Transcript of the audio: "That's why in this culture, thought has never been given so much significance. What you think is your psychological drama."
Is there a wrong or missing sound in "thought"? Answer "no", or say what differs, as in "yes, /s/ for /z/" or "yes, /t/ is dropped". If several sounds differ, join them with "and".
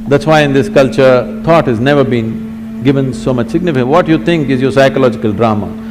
yes, /t/ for /θ/